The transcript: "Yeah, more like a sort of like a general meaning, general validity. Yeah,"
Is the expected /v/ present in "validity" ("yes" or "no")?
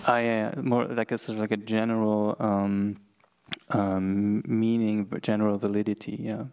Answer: yes